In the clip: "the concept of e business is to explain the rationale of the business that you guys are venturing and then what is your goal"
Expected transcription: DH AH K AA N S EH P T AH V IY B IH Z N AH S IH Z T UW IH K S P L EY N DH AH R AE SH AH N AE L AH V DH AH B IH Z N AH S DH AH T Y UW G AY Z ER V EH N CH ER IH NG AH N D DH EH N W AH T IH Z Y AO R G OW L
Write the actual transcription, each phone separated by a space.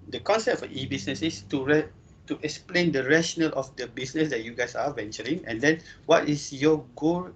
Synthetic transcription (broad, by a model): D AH K AA N S EH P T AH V IY B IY S N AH S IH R T UW IH K S P L EY N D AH R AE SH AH N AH L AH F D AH B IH S N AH S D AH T Y UW G AY S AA V EH N CH ER IH NG AH N D EH N W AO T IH S Y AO G OW L